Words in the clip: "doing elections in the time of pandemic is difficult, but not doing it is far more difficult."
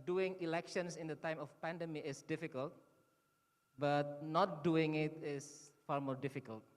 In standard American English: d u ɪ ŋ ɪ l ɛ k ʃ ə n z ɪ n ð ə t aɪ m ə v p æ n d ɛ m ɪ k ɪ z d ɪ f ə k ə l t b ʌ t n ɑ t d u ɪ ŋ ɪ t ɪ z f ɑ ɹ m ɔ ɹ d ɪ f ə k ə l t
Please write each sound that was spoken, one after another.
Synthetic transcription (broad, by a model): d u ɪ ŋ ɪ l ɛ k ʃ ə n s ɪ n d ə t aɪ m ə f p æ n d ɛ m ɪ ɪ s d ɪ f ə k ə l t b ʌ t n ɑ t d u ɪ ŋ ɪ t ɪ s f ɑ ɹ m ɔ ɹ d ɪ f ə k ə l t